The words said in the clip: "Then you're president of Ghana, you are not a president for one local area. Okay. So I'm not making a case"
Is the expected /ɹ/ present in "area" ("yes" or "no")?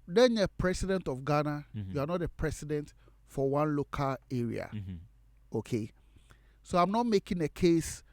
yes